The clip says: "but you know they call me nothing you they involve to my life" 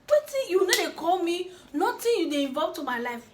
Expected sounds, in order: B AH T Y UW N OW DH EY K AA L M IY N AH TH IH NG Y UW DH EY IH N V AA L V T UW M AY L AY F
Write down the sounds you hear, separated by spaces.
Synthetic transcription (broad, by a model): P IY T Y UW N OW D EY K AA L M IY N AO T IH Y UW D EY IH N V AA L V T UW M AY L AY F